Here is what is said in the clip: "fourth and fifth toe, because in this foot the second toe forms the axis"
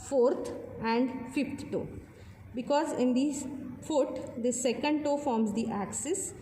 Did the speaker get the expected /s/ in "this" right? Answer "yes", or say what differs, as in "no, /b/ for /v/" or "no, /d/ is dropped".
no, /s/ is dropped